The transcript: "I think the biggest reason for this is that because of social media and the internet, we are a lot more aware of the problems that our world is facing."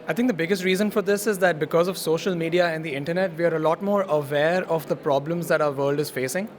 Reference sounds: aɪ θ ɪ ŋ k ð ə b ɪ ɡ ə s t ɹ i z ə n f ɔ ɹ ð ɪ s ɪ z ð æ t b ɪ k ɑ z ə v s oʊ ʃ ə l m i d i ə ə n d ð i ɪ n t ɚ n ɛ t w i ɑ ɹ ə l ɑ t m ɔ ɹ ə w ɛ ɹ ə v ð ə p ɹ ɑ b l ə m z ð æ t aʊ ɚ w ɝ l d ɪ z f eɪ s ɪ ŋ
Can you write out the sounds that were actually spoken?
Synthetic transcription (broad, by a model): aɪ t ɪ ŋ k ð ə b ɪ ɡ ə s t ɹ i z ə n f ɔ ɹ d ɪ s ɪ z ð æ t b ɪ k ɑ z ə v s oʊ ʃ ə l m i d i ə ə n d i ɪ n t ɚ n ɛ t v i ɑ ɹ ə l ɑ t m ɔ ɹ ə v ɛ ɹ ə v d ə p ɹ ɑ b l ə m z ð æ t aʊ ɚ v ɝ l d ɪ z f eɪ s ɪ ŋ